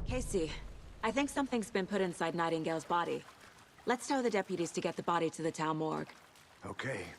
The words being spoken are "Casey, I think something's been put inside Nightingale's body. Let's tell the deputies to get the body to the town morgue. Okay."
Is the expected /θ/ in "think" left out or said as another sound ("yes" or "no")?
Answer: no